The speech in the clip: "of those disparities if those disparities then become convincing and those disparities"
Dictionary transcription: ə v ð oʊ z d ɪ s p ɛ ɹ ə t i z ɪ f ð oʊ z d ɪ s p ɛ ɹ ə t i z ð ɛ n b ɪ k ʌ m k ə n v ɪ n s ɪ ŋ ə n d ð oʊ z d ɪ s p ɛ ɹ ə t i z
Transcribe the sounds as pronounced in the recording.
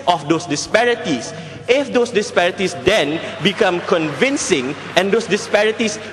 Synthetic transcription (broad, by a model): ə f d oʊ s d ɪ s p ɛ ɹ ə t i s ɪ f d oʊ s d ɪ s p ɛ ɹ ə t i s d ɛ n b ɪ k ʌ m k ə n v ɪ n s ɪ ŋ ə n d oʊ s d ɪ s p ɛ ɹ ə t i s